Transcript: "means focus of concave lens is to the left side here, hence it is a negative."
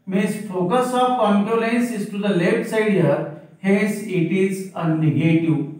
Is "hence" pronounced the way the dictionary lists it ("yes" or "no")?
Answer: no